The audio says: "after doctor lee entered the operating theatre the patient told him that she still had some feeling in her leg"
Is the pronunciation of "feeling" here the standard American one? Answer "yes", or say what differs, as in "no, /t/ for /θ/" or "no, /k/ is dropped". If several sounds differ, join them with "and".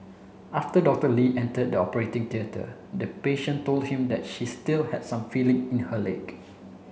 yes